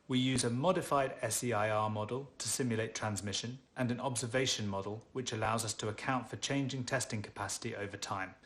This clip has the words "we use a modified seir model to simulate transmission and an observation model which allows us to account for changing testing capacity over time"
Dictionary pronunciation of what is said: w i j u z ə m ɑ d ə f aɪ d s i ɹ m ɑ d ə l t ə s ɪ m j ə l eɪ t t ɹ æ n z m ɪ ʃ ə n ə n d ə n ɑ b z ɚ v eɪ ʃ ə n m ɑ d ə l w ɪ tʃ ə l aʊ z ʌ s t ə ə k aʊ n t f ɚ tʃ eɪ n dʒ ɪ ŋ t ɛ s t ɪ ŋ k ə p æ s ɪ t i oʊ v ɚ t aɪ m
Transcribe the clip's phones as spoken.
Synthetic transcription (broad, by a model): w i j u z ə m ɑ d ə f aɪ d s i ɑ m ɑ d ə l t ə s ɪ m j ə l eɪ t t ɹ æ n z m ɪ ʃ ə n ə n ə n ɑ b z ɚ v eɪ ʃ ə n m ɑ d ə l w ɪ tʃ ə l aʊ z ʌ s t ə ə k aʊ n t f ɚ tʃ eɪ n dʒ ɪ ŋ t ɛ s t ɪ ŋ k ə p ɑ s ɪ t i oʊ v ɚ t aɪ m